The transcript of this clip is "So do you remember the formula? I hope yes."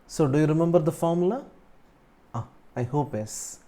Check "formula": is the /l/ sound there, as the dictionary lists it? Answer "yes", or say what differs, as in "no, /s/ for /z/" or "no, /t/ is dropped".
no, /l/ is dropped